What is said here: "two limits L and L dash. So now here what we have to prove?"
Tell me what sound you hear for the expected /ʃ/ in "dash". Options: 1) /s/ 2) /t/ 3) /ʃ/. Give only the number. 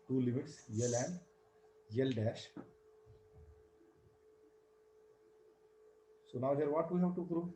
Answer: 3